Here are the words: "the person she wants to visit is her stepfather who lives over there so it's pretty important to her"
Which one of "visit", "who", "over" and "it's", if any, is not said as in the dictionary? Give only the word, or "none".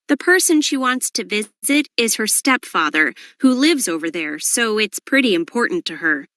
none